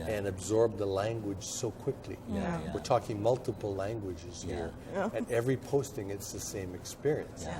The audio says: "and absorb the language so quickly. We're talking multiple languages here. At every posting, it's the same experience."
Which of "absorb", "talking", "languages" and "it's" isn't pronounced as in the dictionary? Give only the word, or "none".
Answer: none